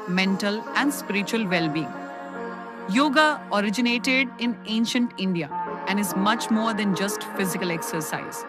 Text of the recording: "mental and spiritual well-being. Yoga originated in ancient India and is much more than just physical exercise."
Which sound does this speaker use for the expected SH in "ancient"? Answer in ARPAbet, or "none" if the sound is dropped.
SH